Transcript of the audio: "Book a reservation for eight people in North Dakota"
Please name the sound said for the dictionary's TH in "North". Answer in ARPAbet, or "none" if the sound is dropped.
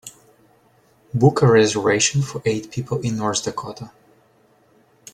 S